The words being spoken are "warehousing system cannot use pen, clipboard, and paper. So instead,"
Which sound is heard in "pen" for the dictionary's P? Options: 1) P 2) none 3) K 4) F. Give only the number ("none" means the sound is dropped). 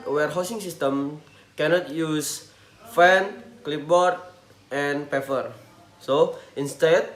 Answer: 4